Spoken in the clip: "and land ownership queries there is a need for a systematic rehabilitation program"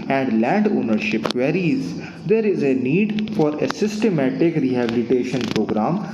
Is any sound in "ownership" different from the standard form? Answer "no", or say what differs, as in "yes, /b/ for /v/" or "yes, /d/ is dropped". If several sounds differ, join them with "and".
no